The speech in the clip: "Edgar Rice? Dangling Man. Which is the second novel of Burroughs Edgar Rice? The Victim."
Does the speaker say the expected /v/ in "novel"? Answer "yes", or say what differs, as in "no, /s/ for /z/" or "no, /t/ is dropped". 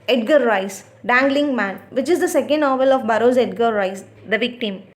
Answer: yes